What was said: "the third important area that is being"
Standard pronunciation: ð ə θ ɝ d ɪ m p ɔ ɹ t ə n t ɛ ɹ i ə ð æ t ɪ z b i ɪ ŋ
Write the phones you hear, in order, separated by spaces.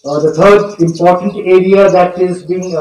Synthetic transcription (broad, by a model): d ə t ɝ d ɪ m p ɔ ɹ t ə n t ɛ ɹ i ə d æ t ɪ z b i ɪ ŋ